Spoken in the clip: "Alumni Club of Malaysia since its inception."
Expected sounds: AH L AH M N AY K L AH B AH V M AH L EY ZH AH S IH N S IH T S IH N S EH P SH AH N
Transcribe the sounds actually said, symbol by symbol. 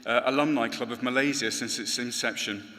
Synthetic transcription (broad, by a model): AH L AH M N AY K L AH B AH V M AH L EY Z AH S IH N S IH T S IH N S EH P SH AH N